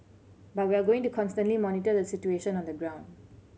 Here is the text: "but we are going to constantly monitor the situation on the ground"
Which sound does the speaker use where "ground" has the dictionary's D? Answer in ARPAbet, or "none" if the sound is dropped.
D